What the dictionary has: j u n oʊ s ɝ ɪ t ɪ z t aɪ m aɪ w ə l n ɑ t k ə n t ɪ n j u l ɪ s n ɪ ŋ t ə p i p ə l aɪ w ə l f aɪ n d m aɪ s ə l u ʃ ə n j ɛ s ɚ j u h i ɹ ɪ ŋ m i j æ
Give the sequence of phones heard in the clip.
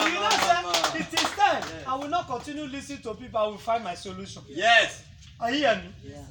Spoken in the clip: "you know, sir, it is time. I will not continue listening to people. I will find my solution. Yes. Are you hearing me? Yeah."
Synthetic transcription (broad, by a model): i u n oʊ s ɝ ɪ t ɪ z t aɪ aɪ w ə l n ɑ t k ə n t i n j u l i s ɪ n t ə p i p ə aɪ w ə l f aɪ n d m aɪ s ə l u ʃ ə n j ɛ s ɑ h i ɪ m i